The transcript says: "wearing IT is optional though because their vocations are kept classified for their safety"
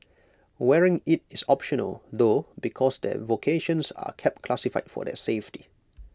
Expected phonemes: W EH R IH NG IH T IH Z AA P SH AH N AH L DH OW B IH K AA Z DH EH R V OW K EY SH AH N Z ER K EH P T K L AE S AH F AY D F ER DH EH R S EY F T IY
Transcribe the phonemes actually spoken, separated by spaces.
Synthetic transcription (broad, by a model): W EH R IH NG IH T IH S AA P SH AH N AH L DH OW B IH K AA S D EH V OW K EY SH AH N S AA K EH P T K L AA S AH F AY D F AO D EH S EY F T IY